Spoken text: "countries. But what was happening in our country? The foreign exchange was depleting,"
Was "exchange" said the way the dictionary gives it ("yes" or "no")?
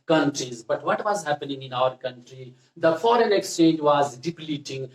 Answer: yes